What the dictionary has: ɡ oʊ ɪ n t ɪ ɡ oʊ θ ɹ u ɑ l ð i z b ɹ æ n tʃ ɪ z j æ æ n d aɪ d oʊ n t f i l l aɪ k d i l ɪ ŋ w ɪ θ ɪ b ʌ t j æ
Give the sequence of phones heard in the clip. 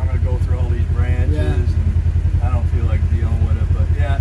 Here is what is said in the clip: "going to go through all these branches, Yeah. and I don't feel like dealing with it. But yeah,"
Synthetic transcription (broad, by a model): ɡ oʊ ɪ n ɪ ɡ oʊ θ ɹ u ɑ l ð i z b ɹ æ n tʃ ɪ z n aɪ d oʊ n t f i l l aɪ k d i ɪ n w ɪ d ɪ b ʌ t j æ